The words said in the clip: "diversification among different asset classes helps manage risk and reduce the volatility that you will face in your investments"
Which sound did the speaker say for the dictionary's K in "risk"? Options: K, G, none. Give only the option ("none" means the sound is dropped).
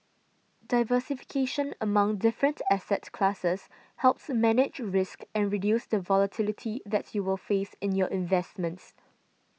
K